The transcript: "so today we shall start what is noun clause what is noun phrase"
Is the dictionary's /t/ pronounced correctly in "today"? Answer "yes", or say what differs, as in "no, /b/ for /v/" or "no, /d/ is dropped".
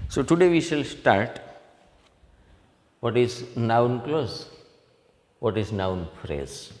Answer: yes